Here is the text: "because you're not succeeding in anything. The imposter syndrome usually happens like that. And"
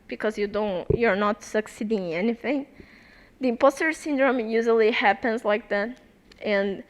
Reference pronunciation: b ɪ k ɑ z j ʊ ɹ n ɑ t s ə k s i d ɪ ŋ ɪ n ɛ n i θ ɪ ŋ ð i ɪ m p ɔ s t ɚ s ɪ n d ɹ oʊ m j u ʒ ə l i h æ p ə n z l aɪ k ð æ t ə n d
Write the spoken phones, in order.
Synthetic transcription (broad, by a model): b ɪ k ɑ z j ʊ ɹ n ɑ t s ə k s i d ɪ ŋ ɛ n i θ ɪ ŋ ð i ɪ m p ɔ s t ɚ s ɪ n d ɹ oʊ m j u ʒ ə l i h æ p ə n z l aɪ k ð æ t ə n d